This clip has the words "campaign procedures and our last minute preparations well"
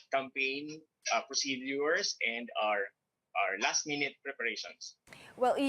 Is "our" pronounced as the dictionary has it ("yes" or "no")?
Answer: yes